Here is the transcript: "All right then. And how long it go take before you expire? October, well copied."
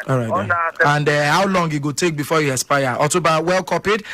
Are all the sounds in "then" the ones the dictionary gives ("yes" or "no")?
no